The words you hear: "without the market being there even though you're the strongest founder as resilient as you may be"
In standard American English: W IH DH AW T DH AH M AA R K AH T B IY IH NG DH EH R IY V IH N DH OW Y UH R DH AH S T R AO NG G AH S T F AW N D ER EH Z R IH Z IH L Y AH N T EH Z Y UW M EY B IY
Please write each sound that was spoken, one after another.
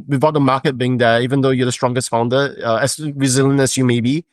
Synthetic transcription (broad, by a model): W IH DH AW T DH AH M AA K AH T B IY IH NG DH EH IY V IH N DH OW Y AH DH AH S T R AO NG G AH S T F AW N D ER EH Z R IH Z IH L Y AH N EH S Y UW M EY B IY